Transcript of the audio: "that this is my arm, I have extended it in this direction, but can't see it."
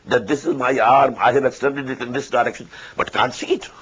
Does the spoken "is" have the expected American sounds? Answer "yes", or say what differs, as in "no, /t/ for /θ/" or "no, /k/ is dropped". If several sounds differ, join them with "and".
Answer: yes